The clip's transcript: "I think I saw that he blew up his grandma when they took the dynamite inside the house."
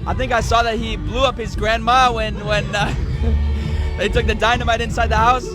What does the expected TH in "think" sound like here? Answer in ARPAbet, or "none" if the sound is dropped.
TH